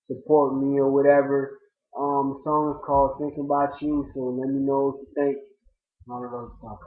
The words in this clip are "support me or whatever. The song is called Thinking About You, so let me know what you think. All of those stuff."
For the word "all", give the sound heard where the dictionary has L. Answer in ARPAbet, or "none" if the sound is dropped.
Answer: N